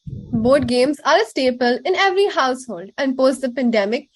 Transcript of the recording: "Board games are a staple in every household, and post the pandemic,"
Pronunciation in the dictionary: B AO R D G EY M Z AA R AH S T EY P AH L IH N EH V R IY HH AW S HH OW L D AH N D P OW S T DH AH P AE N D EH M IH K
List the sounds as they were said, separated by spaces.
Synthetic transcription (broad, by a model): B AO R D G EY M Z AA R AH S T EY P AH L IH N EH V R IY HH AW S HH OW L D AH N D P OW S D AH P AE N D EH M IH K